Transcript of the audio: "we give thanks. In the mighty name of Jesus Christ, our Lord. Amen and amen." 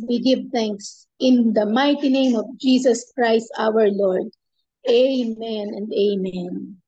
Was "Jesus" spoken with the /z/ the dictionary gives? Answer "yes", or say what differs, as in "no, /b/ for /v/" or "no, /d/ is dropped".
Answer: no, /s/ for /z/